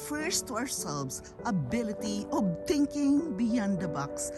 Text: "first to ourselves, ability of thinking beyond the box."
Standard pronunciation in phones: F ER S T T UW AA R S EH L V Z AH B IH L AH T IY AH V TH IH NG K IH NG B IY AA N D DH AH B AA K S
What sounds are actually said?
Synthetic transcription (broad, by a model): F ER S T T UW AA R S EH L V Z AH B IH L AH T IY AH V T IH NG K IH NG B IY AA N D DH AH B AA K S